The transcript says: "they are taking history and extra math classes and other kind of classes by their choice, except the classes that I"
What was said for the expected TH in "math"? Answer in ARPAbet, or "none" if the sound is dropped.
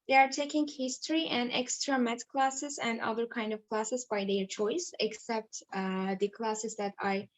T